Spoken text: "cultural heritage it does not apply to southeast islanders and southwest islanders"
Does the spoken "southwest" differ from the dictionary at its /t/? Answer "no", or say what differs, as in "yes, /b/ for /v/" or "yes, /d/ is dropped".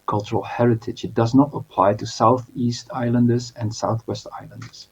no